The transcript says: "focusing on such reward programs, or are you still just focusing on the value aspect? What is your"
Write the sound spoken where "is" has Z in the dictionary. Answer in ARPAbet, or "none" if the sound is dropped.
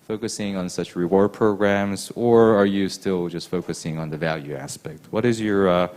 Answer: Z